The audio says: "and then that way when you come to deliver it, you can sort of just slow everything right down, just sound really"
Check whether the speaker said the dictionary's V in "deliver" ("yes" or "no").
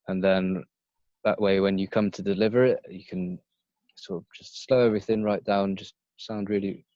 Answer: yes